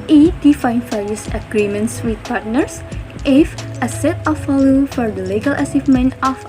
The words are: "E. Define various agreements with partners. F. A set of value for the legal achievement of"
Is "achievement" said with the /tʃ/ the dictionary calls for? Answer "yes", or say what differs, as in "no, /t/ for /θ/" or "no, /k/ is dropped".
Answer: no, /s/ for /tʃ/